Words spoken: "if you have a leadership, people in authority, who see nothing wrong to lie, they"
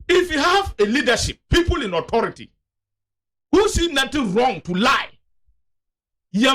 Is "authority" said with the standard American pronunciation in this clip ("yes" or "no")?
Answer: no